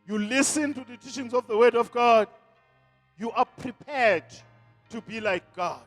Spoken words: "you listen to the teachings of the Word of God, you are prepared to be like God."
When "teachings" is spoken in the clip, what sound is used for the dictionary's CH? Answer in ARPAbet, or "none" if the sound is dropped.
SH